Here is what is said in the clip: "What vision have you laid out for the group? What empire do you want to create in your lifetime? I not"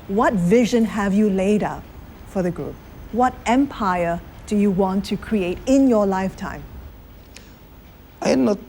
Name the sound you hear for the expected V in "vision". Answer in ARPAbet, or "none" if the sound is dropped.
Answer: V